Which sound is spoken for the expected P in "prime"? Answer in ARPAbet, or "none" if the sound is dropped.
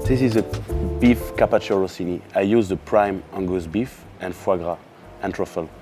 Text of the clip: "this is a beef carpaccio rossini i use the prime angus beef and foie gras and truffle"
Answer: P